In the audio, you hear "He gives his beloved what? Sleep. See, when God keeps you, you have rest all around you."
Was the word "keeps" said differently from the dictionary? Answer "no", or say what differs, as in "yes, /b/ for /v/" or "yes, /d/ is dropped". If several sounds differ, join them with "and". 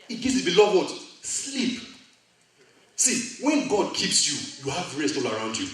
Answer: no